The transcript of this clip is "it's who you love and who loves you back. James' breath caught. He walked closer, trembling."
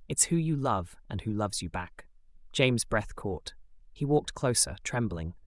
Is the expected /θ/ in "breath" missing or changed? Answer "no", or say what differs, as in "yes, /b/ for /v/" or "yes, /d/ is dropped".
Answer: no